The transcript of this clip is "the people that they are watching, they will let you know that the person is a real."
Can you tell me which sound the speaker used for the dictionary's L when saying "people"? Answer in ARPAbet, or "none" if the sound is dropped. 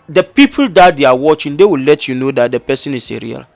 L